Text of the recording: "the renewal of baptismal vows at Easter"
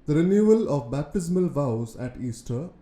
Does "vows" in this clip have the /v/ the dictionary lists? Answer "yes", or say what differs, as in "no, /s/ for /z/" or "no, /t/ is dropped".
yes